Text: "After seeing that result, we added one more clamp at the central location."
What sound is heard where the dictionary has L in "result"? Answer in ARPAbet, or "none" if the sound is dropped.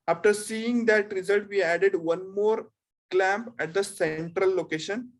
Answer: L